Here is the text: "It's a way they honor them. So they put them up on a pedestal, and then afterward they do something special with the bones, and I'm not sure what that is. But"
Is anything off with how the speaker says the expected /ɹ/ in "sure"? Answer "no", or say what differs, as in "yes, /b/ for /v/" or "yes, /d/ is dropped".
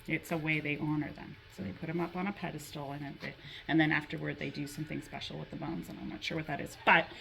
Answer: no